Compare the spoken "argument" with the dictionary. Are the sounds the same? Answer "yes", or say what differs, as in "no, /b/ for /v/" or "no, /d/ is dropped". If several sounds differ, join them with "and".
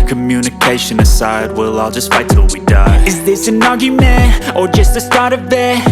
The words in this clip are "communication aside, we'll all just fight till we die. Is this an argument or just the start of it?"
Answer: no, /n/ is dropped